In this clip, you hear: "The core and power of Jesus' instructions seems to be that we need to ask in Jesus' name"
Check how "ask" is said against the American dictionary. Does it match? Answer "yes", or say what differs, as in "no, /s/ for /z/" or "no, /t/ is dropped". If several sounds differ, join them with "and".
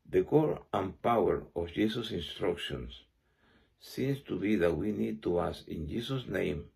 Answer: no, /k/ is dropped